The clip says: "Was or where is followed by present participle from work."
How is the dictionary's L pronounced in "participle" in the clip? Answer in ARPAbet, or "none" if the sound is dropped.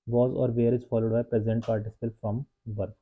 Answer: L